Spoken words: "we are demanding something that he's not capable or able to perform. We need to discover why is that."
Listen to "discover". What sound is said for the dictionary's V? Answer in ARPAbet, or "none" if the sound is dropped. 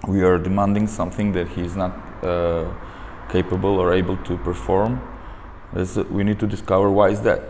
V